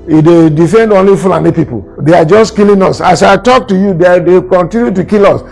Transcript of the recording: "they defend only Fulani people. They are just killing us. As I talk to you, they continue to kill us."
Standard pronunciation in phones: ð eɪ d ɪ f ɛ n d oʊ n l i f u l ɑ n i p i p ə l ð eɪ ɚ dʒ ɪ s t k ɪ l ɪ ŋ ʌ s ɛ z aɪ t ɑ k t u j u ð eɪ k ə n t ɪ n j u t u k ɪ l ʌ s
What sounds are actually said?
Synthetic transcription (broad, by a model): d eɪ d ɪ f ɛ n d oʊ n l i f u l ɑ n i p i p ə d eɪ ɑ dʒ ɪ s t k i l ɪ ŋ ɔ s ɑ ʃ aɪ t ɑ k t u j u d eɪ k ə n t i n j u t u k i l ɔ s